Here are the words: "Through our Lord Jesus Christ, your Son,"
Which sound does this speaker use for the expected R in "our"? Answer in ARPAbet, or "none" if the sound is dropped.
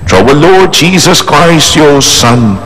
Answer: W